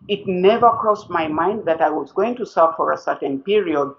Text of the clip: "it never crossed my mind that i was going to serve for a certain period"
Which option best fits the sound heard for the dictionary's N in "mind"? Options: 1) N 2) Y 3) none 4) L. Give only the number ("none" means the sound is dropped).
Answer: 1